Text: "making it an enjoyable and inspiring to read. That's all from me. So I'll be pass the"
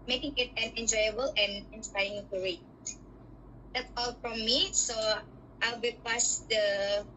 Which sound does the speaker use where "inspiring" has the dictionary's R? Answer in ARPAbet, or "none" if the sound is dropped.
none